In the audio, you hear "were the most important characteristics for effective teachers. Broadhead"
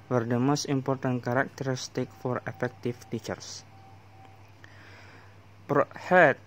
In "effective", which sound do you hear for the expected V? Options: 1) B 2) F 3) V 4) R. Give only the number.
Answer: 2